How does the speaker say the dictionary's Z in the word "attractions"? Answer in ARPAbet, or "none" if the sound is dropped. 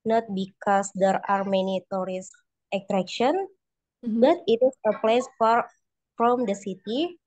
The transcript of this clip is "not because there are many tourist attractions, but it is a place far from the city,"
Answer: none